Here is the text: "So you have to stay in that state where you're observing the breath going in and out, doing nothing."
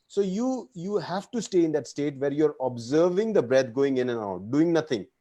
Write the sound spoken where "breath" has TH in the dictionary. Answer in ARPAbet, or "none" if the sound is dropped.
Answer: T